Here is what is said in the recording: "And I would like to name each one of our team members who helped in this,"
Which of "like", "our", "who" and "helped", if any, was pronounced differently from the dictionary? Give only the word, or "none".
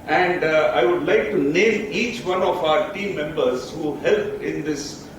helped